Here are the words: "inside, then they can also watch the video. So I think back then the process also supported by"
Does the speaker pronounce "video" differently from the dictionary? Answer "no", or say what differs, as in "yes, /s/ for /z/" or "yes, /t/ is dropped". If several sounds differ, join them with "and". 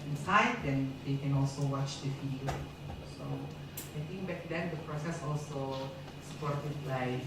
yes, /f/ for /v/